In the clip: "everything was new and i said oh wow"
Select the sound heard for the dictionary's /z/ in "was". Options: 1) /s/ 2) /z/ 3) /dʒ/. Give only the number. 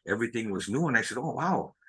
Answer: 2